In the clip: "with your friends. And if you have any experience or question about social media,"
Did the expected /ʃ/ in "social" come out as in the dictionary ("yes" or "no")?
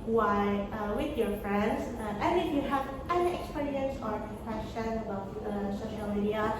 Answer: yes